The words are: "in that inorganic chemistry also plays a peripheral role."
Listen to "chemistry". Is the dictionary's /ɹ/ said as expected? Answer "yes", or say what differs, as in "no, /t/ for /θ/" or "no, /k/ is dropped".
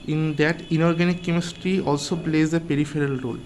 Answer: yes